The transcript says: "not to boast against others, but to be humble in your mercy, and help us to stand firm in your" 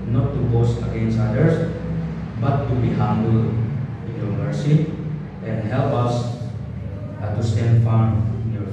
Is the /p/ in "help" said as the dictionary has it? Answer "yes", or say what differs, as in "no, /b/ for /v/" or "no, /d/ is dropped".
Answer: yes